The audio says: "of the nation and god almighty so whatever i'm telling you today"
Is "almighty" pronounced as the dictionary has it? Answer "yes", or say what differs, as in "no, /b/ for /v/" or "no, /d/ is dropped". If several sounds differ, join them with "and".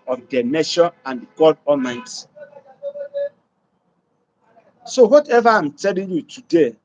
no, /l/ is dropped